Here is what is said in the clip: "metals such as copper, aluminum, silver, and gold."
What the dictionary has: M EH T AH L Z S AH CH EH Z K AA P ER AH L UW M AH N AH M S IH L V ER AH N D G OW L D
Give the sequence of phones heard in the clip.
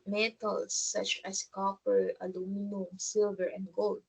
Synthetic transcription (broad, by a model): M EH T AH L S AH CH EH S K AA P ER AH L UW M AH N AH M S IH L V ER AH N D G OW L D